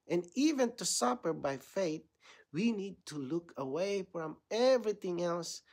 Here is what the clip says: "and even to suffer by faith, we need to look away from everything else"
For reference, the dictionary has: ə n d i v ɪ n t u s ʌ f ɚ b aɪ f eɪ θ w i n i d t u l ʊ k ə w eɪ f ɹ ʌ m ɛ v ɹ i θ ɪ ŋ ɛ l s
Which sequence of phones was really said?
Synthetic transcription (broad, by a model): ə n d i v ɪ n t u s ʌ p ɚ b aɪ f eɪ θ w i n i d t u l ʊ k ə w eɪ f ɹ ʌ m ɛ v ɹ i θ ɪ ŋ ɛ l s